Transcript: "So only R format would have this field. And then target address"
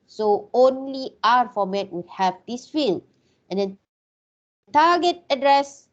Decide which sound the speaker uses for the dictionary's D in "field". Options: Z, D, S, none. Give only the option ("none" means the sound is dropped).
none